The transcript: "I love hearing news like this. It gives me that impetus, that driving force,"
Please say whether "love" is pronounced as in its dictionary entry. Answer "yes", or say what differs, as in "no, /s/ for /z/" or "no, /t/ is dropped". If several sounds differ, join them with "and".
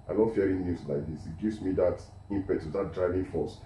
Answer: no, /n/ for /l/